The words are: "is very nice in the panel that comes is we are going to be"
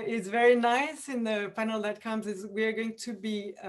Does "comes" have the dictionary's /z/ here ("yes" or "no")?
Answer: yes